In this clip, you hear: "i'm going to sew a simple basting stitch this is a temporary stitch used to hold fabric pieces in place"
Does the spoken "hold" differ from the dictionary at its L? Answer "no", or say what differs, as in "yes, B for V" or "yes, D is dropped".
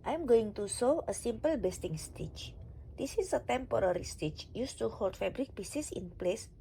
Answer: no